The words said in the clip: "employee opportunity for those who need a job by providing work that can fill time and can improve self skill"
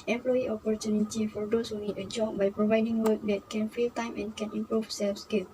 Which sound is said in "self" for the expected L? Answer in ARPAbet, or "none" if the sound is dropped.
L